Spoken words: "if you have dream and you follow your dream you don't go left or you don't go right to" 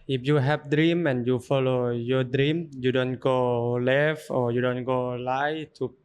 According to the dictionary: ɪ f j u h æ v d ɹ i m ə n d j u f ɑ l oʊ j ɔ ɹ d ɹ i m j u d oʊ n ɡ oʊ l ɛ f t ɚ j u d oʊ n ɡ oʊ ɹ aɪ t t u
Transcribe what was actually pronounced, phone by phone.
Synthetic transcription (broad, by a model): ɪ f j u h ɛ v d ɹ i m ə n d j u f ɑ l oʊ j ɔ d ɹ i m j u d oʊ n ɡ oʊ l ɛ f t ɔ j u d oʊ n ɡ oʊ l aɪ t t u